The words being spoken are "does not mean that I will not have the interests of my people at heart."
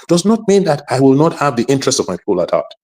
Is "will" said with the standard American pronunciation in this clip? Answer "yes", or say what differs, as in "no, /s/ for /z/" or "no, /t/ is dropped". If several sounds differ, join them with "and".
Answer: yes